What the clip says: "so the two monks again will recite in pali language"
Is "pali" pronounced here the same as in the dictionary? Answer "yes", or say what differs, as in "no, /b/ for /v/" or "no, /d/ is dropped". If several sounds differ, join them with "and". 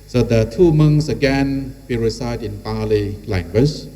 yes